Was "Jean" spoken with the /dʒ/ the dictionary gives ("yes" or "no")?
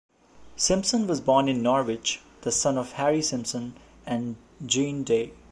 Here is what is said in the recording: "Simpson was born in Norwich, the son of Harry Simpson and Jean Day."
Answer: yes